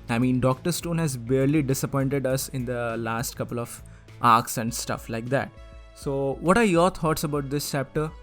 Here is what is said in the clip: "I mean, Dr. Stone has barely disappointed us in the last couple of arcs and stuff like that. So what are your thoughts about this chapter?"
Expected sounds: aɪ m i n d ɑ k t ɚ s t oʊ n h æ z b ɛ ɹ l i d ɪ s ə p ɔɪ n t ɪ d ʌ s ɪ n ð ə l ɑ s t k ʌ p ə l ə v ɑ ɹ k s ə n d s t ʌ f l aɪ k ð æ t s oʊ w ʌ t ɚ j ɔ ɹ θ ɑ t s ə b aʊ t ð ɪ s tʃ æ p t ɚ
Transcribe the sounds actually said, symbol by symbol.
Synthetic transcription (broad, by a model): aɪ m i n d ɑ k t ɚ s t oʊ n h æ z b ɛ ɹ l i d ɪ s ə p ɔɪ n t ɪ d ʌ s ɪ n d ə l ɑ s t k ʌ p ə l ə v ɑ ɹ k s ə n d s t ʌ f l aɪ k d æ t s oʊ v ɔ t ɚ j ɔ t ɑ t s ə b aʊ t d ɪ s tʃ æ p t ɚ